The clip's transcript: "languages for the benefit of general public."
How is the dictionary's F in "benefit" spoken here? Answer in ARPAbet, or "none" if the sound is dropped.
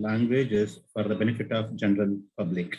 F